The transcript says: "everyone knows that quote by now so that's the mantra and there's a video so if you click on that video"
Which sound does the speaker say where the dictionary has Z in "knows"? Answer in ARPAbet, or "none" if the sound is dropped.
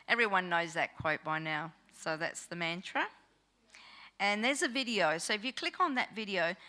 Z